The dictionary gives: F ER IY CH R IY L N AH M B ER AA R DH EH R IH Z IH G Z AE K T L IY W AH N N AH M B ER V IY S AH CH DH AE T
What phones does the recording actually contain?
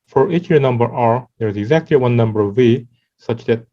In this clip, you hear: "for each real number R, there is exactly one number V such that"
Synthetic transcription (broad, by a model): F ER IY CH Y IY N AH M B ER AA R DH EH R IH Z IH G Z AE K T L IY W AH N N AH M B ER V IY S AH CH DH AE T